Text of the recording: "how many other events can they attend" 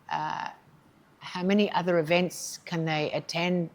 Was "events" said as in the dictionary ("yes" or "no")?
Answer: yes